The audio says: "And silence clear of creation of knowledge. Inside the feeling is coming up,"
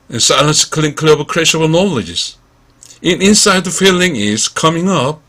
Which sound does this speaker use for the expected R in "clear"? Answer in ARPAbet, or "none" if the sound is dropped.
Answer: L